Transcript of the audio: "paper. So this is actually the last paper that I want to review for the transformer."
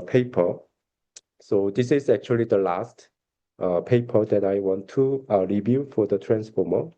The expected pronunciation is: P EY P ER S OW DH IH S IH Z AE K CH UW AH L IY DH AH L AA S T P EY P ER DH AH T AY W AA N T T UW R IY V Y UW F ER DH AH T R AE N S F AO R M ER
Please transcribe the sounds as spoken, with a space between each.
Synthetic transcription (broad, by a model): P EY P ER S OW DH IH S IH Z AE K CH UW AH L IY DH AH L AA S T P EY P ER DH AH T AY W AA N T T UW R IY V Y UW F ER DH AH T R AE N S F AO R M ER